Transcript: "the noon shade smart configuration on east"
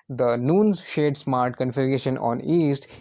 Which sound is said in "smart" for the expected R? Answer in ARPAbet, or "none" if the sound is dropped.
R